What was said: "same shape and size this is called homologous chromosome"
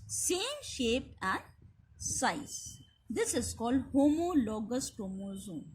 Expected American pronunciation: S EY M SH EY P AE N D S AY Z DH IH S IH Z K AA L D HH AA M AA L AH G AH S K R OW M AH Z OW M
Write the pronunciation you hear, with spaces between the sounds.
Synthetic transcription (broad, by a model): S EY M SH EY P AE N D S AY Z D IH S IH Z K AA L D HH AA M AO L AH G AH S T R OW M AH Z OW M